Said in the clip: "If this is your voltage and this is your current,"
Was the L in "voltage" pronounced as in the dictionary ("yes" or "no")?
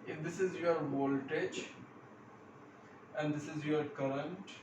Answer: yes